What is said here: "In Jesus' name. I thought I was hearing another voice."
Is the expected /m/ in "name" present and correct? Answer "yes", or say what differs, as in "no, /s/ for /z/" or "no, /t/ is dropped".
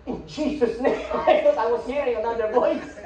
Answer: no, /m/ is dropped